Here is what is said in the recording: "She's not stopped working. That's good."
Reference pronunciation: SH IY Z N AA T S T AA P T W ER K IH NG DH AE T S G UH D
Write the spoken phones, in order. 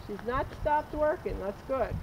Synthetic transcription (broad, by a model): SH IY Z N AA T S T AA P T W ER K IH NG DH AE T S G UH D